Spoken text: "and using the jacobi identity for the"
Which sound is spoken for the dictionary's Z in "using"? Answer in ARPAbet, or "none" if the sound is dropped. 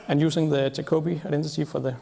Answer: S